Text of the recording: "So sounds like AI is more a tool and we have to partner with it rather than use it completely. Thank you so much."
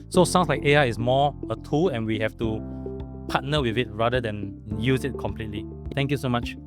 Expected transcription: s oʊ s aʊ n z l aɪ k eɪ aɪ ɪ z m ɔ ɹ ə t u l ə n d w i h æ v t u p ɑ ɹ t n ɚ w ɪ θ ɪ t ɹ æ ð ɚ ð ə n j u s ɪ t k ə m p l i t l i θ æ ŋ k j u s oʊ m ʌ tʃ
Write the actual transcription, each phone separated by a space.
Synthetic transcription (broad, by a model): s oʊ s aʊ n s l aɪ k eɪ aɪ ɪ s m ɔ ə t u l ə n w i h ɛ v t u p ɑ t n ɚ w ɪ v ɪ t ɹ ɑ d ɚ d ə n j u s ɪ t k ə m p l i t l i t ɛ ŋ k j u s oʊ m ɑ tʃ